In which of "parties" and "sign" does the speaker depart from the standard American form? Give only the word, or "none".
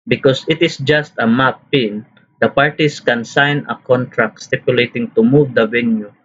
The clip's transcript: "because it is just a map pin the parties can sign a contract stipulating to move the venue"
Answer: parties